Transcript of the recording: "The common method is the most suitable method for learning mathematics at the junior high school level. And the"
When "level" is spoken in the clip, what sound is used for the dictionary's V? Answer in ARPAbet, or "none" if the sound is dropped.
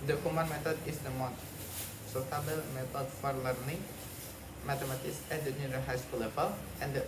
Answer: P